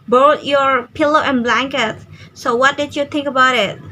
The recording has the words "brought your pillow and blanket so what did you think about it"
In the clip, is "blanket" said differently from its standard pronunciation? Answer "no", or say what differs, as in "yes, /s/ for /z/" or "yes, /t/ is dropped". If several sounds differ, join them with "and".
no